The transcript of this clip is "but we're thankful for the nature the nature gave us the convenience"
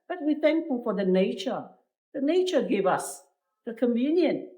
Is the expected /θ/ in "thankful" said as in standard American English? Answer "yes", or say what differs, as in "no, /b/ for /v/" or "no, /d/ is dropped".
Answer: yes